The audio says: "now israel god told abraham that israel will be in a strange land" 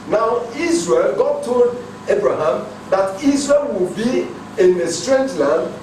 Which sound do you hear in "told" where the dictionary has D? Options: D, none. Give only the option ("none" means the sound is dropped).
D